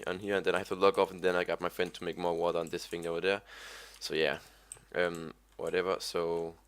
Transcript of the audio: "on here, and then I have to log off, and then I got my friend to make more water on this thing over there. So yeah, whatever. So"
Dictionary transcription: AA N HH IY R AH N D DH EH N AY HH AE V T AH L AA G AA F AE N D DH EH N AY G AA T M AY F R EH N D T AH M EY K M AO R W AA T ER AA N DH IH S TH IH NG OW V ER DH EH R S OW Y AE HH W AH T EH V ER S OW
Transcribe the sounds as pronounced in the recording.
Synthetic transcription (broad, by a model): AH N HH IY R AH N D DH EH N AY HH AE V T AH L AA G AA F N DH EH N AY G AA T M AY F R EH N D T AH M EY K M AO R W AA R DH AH N DH IH S F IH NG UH W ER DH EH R S OW Y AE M W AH T EH V ER S OW